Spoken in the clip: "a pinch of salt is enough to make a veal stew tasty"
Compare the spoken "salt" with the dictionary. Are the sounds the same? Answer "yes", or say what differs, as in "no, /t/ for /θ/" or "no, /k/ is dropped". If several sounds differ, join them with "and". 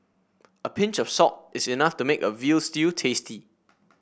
no, /l/ is dropped